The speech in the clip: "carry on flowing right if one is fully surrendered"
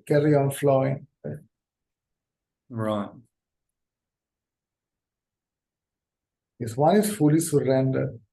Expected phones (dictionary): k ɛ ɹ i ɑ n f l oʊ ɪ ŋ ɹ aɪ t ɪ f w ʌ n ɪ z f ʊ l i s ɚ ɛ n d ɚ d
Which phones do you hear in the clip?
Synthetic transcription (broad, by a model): k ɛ ɹ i ɑ n f l oʊ ɪ ŋ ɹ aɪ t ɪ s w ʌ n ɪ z f ʊ l i s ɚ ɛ n d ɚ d